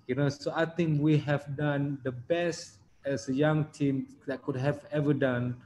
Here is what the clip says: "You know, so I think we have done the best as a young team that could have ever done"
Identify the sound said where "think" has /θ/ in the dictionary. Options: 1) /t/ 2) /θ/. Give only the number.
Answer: 1